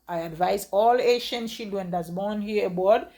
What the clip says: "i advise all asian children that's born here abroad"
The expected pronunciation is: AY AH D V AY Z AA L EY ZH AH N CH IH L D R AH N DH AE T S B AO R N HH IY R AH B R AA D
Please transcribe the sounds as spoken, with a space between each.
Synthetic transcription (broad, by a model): AY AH D V AY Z AA L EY SH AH N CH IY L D W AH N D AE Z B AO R N HH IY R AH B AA D